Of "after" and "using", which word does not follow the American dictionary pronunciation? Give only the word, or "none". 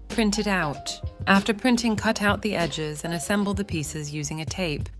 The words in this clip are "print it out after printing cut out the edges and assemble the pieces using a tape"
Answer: none